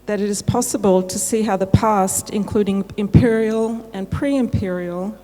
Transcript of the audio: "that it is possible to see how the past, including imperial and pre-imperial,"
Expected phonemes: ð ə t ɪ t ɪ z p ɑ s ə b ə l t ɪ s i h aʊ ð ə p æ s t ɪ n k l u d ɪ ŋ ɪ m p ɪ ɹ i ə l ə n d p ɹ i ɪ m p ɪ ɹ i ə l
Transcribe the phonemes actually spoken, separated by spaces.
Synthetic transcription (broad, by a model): ð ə t ɪ t ɪ z p ɑ s ə b ə l t ɪ s i h aʊ ð ə p æ s t ɪ n k l u d ɪ ŋ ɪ m p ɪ ɹ i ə l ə n p ɹ i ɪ m p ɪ ɹ i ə l